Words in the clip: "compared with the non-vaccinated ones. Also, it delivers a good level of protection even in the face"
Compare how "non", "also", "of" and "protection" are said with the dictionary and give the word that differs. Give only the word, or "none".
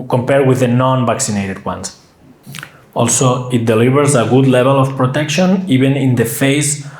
of